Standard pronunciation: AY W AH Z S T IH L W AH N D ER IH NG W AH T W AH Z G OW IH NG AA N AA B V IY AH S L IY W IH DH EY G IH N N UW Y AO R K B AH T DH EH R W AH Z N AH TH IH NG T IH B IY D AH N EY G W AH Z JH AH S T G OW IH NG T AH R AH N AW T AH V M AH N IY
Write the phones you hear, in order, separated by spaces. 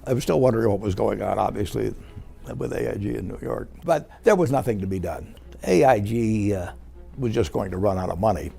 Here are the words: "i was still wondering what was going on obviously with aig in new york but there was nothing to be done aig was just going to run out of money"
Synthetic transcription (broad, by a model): AY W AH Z S T IH L W AH N D ER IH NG W AH T W AH Z G OW IH NG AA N AA B V IY AH S L IY W IH DH EY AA IH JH N UW Y AO R K B AH T DH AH R W AH Z N AH TH IH NG T IH B IY D AH N EY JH W AH Z JH AH S G OW IH NG T AH R AH N AW T AH V M AH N IY